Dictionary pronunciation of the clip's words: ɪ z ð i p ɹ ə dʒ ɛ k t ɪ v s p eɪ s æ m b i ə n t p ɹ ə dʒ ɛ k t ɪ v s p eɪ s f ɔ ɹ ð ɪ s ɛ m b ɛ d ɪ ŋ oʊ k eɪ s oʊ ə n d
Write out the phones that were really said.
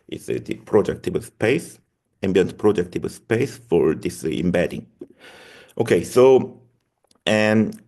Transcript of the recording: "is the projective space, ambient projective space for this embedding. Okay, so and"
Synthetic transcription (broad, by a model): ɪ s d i p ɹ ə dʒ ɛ k t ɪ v s p eɪ s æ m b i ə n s p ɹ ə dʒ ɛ k t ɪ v s p eɪ s f ɔ ɹ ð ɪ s ɛ m b ɛ d ɪ ŋ oʊ k eɪ s oʊ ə n